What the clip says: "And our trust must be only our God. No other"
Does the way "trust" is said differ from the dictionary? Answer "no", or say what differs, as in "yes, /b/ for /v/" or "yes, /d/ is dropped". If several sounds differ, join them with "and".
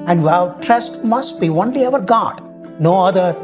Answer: no